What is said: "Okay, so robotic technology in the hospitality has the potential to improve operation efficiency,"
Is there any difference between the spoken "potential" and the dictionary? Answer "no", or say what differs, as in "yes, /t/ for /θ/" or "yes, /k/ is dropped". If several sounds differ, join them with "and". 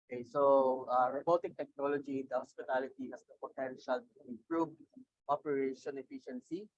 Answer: no